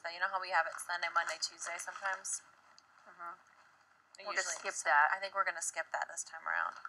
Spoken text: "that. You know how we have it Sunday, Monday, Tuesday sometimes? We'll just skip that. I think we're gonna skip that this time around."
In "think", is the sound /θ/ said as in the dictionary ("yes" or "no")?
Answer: yes